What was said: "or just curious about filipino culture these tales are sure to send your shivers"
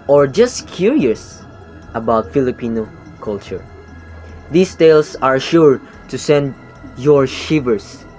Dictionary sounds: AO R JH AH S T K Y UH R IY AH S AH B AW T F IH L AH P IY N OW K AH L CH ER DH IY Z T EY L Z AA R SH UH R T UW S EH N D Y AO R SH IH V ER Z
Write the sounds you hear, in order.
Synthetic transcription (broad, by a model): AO R JH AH S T K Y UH R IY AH S AH B AW T F IH L AH P IY N OW K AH L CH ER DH IY S T EY L S AA R SH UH R T UW S EH N D Y AO R SH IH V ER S